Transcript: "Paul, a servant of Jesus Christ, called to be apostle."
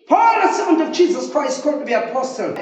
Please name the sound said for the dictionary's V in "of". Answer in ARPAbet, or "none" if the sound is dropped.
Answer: V